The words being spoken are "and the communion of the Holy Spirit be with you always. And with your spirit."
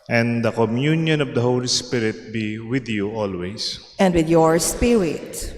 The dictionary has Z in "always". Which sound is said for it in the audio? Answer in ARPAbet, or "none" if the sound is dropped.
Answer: S